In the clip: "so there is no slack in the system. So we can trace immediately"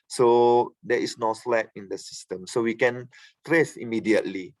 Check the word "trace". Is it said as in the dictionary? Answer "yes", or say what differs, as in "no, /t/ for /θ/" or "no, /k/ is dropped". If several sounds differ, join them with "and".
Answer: yes